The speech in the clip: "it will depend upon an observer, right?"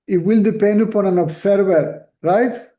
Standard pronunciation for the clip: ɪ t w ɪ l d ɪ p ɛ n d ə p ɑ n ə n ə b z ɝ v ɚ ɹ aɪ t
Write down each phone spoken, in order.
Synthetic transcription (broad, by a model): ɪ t w ɪ l d ɪ p ɛ n d ə p ɑ n ə n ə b s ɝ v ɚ ɹ aɪ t